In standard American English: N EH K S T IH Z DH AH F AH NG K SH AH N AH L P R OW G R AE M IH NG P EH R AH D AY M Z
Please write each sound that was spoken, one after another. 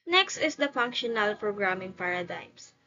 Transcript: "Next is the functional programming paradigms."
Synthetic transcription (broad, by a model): N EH K S T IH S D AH F AH NG K SH AH N AH L P R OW G R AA M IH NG P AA R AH D AY M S